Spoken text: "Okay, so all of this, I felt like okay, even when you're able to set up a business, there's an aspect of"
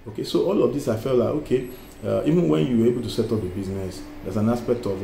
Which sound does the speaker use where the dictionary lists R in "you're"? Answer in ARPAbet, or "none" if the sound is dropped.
W